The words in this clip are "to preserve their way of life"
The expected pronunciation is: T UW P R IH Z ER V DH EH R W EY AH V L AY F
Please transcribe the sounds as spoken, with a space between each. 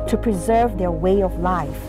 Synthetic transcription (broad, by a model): T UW P R IH Z ER V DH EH R W EY AH V L AY F